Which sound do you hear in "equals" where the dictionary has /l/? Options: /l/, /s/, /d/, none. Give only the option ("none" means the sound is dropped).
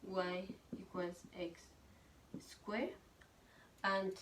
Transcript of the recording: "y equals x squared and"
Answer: none